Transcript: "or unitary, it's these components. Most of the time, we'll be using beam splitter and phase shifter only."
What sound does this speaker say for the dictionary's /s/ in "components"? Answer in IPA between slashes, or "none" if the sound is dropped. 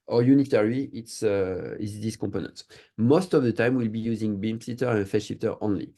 none